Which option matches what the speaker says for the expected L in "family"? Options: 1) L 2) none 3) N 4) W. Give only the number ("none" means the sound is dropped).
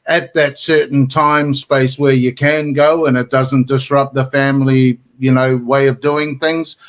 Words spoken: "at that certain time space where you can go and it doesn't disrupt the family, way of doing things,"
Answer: 3